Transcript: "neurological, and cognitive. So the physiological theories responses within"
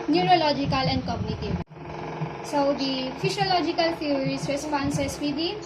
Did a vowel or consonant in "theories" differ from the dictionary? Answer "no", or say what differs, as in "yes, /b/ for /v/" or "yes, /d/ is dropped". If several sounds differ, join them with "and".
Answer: yes, /t/ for /θ/